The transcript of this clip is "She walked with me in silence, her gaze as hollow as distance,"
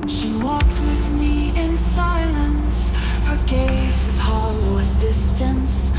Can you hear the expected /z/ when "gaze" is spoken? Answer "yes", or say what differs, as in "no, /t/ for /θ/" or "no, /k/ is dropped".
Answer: no, /s/ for /z/